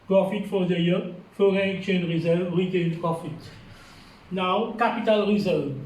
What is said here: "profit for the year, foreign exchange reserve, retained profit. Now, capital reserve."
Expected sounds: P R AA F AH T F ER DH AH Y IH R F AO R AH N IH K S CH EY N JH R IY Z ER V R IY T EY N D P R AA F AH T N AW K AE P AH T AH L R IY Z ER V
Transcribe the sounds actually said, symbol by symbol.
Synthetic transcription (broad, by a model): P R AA F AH T F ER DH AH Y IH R F AO R AH N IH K CH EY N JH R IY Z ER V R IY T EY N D P R AA F AH T N AW K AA P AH T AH L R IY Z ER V